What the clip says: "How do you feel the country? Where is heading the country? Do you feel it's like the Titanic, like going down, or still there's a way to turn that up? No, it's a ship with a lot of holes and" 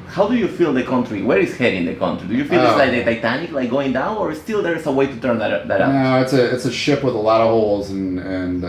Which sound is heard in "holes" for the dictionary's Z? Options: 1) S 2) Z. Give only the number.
2